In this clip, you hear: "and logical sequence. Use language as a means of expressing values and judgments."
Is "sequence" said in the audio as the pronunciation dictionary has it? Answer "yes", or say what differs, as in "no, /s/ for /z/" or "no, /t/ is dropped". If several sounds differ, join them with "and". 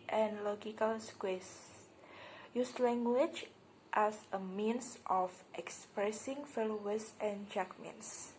no, /n/ is dropped